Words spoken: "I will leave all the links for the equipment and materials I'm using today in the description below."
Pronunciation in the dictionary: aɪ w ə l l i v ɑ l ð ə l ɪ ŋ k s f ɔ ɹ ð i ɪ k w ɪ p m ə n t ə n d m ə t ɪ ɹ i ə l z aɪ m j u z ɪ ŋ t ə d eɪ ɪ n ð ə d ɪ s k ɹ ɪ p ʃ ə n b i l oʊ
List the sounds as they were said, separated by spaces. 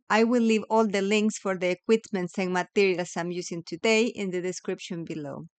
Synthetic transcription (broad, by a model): aɪ w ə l l i v ɑ l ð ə l ɪ ŋ k s f ɔ ɹ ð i k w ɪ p m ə n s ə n m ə t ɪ ɹ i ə l s aɪ m j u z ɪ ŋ t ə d eɪ ɪ n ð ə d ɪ s k ɹ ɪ p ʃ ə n b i l oʊ